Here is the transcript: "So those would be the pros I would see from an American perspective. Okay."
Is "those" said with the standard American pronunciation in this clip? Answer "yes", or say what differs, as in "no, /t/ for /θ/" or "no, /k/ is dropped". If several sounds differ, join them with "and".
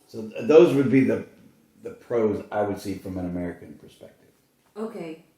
yes